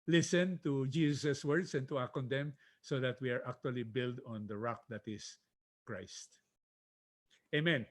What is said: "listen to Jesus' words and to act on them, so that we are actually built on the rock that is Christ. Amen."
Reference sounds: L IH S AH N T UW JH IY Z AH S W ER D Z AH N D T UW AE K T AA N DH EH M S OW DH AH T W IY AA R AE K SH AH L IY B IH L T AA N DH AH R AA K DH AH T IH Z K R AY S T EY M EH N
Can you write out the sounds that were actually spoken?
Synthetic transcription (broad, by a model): L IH S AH N T UW JH IY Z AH S W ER D S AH N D T UW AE K AA N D EH M S OW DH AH T W IY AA R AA K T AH L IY B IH L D AA N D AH R AA K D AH T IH S K R AY S T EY M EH N